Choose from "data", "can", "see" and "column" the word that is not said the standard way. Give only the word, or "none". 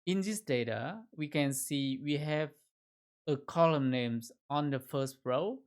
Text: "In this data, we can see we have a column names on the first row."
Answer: none